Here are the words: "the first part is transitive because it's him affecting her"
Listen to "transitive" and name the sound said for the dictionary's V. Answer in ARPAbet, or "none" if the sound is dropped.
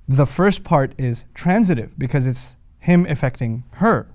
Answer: V